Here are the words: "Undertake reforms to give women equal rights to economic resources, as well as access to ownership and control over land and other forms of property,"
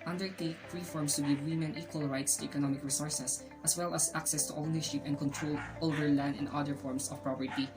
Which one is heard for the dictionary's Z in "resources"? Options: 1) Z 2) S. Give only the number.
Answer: 2